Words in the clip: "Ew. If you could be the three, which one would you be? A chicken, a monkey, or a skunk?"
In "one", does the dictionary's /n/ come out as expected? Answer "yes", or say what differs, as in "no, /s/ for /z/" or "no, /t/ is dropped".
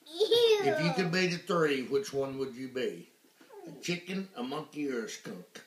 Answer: yes